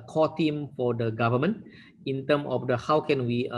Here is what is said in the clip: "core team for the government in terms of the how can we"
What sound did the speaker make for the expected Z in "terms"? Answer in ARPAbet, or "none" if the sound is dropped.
none